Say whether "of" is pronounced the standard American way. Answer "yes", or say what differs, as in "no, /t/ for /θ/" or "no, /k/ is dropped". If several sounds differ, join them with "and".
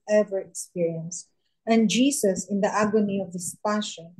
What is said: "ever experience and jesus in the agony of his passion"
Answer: yes